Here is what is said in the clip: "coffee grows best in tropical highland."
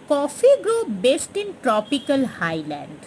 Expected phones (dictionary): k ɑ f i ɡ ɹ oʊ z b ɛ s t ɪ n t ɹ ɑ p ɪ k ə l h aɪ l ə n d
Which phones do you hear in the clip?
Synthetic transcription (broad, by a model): k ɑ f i ɡ ɹ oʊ b ɛ s t ɪ n t ɹ ɑ p ɪ k ə l h aɪ l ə n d